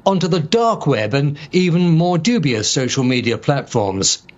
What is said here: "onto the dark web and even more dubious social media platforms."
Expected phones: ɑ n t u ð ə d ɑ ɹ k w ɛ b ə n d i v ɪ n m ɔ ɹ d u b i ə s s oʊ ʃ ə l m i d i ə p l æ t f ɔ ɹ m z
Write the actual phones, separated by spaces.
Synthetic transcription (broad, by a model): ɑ n t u ð ə d ɑ ɹ k w ɛ b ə n i v ɪ n m ɔ ɹ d u b i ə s s oʊ ʃ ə l m i d i ə p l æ t f ɔ ɹ m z